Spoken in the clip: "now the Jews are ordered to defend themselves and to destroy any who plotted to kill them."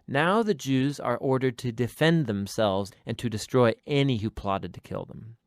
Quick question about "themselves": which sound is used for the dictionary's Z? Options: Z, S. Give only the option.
Z